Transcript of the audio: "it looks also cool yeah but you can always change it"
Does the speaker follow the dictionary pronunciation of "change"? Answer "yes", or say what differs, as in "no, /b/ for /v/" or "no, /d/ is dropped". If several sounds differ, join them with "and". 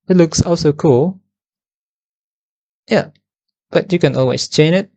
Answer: no, /dʒ/ is dropped